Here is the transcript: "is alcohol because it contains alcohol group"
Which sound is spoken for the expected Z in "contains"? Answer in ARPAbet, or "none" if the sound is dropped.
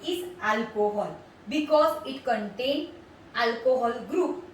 none